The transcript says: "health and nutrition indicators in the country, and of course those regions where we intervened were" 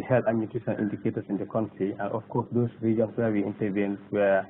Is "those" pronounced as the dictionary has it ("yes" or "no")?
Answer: no